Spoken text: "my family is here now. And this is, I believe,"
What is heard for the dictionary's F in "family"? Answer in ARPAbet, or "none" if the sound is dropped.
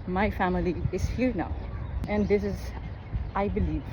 F